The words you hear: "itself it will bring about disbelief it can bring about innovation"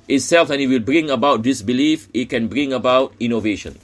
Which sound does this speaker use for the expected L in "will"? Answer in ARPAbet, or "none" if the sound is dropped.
L